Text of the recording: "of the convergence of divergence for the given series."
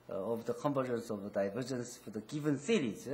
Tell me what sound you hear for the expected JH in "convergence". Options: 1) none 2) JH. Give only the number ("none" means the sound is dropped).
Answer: 1